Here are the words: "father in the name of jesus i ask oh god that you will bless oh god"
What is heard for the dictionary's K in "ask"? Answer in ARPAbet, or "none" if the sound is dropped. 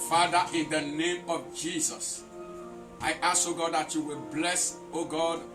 none